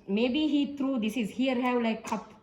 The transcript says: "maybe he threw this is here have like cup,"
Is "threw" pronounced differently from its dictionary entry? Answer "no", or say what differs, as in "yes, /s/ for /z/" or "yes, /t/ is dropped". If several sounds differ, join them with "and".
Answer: yes, /t/ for /θ/